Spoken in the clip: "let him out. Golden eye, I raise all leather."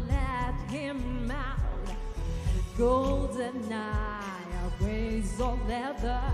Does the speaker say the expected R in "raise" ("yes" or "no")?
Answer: no